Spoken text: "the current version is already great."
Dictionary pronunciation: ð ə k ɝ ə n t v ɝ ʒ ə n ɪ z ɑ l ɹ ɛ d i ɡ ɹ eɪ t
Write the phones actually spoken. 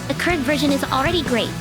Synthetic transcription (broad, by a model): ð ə k ɝ ə n t v ɝ ʒ ə n ɪ z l ɹ ɛ d i ɡ ɹ eɪ t